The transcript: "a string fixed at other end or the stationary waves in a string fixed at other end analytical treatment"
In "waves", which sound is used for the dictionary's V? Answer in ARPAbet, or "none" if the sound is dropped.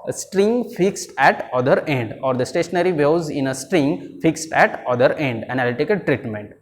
none